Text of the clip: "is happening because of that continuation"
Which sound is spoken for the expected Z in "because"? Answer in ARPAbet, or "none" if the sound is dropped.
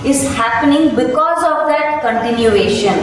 Z